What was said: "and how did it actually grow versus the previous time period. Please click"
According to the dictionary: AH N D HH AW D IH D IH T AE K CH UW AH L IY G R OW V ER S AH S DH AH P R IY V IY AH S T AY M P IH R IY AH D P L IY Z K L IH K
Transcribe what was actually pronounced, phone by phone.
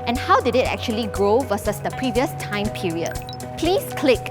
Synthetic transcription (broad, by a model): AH N HH AW D IH D IH T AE K CH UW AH L IY G R OW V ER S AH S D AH P R IY V IY AH S T AY M P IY R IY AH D P L IY S K L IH K